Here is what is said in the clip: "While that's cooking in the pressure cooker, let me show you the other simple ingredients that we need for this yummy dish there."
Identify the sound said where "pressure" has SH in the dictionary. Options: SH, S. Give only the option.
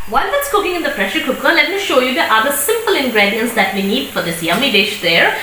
SH